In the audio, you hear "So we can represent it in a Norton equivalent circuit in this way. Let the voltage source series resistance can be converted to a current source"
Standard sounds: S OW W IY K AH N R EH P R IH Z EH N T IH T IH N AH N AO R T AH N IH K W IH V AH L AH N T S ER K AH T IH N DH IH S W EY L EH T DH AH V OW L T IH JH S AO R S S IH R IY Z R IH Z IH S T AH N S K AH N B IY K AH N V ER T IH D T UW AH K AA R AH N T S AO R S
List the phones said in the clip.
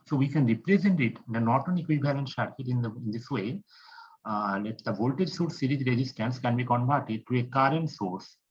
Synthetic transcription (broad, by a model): S OW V IY K AH N R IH P R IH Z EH N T IH T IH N AH N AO T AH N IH K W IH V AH L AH N T SH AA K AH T IH N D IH S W EY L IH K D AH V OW L T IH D S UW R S S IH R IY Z R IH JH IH S T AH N S K AH N B IY K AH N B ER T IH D T UW AH K AA R AH N T S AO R S